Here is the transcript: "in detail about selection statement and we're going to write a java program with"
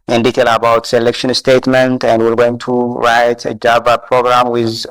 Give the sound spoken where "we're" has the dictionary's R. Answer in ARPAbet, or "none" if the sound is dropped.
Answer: L